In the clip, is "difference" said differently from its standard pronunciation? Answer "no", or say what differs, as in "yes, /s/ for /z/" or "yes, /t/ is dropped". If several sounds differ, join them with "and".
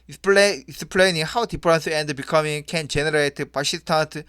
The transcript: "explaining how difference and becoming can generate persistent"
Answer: yes, /p/ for /f/